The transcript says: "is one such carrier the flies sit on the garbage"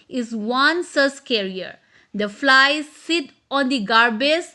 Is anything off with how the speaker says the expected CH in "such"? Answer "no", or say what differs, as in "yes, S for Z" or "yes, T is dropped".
yes, S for CH